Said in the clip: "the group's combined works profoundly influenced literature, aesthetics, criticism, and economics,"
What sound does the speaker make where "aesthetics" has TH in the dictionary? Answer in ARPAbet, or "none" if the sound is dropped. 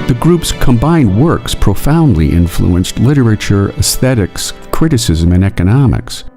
TH